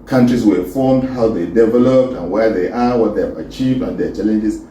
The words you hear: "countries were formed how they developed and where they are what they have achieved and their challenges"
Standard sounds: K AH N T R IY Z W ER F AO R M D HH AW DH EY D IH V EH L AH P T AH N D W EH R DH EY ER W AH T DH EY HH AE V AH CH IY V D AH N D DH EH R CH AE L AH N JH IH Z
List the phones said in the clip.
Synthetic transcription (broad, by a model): K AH N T R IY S W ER F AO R M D HH AW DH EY D IH V EH L AH P T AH N W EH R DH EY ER W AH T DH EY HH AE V AH CH IY V D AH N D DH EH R CH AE L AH N JH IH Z